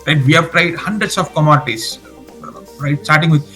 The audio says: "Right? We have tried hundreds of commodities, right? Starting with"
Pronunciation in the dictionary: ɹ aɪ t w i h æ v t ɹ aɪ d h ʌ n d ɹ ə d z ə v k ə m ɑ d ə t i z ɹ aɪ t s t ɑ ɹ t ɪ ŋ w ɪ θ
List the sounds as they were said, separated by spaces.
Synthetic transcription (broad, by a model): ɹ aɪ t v i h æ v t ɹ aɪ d h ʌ n d ɹ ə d s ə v k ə m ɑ d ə t i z ɹ aɪ t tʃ ɑ ɹ t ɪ ŋ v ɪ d